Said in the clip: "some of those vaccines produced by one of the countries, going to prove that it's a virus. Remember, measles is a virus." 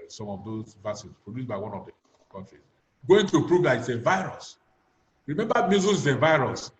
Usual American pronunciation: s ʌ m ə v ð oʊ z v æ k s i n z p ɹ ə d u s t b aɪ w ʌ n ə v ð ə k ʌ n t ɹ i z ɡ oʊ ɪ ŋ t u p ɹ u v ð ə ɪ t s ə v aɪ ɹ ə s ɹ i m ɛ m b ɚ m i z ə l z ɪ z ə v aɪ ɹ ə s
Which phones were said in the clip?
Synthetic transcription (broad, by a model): s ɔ m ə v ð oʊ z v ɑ s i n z p ɹ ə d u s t b aɪ w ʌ n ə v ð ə k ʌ n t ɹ i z ɡ oʊ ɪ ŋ t u p ɹ u v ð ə ɪ t s ə v aɪ ɹ ə s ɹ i m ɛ m b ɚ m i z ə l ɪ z ə v aɪ ɹ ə s